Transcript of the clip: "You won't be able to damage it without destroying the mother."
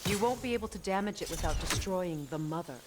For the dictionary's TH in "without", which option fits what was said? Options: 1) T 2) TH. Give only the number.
2